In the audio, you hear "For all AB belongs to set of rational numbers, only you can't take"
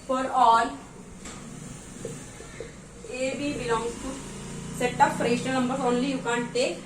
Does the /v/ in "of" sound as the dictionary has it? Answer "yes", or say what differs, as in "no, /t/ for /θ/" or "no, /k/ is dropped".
no, /p/ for /v/